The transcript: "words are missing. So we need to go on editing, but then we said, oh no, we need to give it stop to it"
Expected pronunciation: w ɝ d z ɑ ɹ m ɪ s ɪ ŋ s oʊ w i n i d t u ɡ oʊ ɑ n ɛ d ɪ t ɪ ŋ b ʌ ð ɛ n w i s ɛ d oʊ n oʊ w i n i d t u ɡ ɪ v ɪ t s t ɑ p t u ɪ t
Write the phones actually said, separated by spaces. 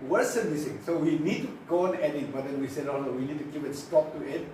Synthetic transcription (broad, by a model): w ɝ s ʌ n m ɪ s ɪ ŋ s oʊ w i n i d t u ɡ oʊ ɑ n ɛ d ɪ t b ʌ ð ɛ n w i s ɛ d oʊ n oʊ w i n i d t u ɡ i p ɪ t s t ɑ p t u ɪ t